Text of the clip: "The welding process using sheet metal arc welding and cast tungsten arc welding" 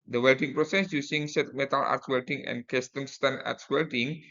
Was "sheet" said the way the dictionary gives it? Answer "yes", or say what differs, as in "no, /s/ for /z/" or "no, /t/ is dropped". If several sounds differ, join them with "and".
no, /s/ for /ʃ/